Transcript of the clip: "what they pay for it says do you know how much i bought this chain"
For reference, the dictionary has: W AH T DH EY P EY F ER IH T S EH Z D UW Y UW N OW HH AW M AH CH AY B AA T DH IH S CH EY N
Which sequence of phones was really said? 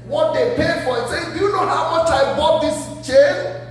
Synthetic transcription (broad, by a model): W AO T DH EY P EY F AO IH T S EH D UW Y UW N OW HH AW M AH CH AY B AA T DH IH S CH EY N